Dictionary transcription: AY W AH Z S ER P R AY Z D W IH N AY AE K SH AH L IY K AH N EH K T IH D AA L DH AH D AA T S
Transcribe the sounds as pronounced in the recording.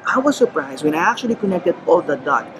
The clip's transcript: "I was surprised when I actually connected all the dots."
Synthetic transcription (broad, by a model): AY W AH Z S ER P R AY Z D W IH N AY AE K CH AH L IY K AH N EH K T IH D AA L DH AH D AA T